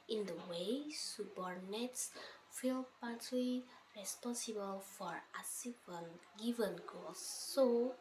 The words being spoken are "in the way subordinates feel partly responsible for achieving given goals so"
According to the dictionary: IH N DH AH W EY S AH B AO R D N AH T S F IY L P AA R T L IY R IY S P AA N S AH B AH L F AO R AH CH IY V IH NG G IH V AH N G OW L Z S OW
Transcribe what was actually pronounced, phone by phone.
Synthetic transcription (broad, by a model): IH N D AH W EY S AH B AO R N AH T S F IY L P AA R T L IY R IY S P AA N S AH B AH L F AO R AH S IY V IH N G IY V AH N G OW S OW